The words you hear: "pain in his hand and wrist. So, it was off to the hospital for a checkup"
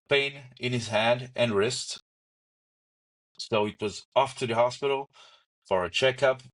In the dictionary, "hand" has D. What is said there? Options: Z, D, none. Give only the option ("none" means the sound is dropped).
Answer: D